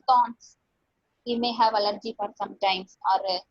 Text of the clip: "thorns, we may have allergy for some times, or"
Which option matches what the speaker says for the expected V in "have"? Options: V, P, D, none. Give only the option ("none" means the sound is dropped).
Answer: V